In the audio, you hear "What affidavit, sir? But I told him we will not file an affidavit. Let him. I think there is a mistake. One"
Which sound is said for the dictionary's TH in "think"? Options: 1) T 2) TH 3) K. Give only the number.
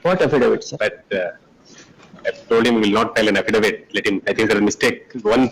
1